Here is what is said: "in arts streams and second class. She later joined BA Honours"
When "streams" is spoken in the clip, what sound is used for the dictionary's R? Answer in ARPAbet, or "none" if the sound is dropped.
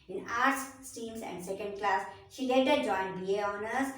none